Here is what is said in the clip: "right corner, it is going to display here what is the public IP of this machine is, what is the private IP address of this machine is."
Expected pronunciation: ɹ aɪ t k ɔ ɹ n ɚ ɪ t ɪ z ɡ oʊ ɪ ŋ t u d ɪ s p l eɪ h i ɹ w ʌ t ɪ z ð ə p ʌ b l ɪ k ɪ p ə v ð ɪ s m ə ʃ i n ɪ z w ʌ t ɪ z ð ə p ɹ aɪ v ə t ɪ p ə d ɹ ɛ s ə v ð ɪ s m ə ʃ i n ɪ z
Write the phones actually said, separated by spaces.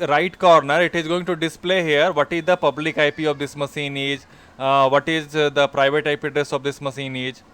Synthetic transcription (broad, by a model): ɹ aɪ t k ɔ ɹ n ɚ ɪ t ɪ z ɡ oʊ ɪ ŋ t u d ɪ s p l eɪ h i ɹ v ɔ t ɪ z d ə p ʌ b l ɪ k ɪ p ə v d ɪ s m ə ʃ i n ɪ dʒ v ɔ t ɪ z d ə p ɹ aɪ v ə t ɪ p ə d ɹ ɛ s ə v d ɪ s m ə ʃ i n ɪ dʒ